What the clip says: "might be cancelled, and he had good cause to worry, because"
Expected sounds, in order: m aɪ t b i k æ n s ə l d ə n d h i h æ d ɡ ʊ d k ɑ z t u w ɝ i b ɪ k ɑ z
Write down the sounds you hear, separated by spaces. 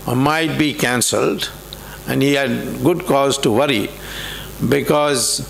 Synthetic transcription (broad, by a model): m aɪ t b i k æ n s ə l d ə n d h i h æ d ɡ ʊ d k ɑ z t u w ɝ i b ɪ k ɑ z